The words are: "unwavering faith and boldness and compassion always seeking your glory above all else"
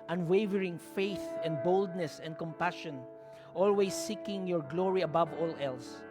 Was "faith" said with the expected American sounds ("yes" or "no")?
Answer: yes